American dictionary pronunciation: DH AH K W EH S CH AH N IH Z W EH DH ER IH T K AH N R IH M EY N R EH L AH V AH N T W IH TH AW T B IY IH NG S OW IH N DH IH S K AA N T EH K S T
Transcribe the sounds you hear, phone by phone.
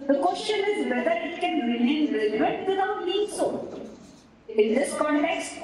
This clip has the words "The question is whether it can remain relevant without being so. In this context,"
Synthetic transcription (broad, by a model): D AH K W EH S CH AH N IH Z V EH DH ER IH T K AH N R IH M EY N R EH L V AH T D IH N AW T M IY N S OW IH N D IH S K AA N T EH K S T